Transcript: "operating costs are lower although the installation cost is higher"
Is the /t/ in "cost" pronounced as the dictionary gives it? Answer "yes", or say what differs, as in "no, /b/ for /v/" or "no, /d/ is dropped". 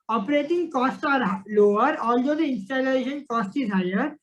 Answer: yes